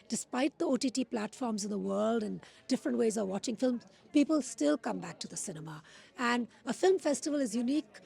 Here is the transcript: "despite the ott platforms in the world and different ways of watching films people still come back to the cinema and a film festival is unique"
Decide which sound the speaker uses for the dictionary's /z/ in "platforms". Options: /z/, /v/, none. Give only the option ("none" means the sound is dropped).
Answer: /z/